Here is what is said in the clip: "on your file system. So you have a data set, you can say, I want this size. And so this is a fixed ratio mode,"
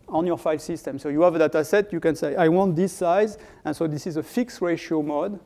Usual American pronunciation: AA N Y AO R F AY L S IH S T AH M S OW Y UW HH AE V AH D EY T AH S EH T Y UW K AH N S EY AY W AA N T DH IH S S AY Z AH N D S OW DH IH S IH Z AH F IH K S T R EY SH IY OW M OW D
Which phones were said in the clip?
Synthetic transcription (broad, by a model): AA N Y AO R F AY L S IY S T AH M S OW Y UW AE V AH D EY T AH S EH T Y UW K AH N S EY AY W AA N T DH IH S S AY Z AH N S OW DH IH S IH Z AH F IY K S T R EY SH IY OW M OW D